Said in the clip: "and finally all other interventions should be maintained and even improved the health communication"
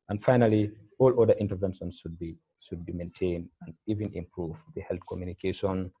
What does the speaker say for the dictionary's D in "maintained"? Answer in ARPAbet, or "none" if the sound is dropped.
D